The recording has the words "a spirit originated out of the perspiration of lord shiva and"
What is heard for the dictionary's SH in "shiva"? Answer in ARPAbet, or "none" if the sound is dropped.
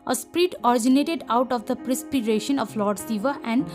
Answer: S